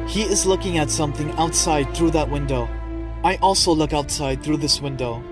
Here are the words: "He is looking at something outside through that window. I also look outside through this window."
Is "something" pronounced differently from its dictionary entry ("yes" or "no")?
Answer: no